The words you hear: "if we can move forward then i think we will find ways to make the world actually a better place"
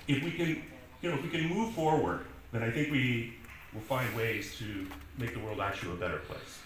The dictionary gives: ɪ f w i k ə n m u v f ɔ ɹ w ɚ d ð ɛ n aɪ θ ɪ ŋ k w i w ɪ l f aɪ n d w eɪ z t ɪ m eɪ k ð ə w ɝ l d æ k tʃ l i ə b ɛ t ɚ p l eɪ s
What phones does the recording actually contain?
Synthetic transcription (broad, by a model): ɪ f w i k ə n m u v f ɔ ɹ w ɚ d ð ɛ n aɪ θ ɪ ŋ k w i w ɪ l f aɪ n d w eɪ z t ɪ m eɪ k ð ə w ɝ l d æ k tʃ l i ə b ɛ t ɚ p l eɪ s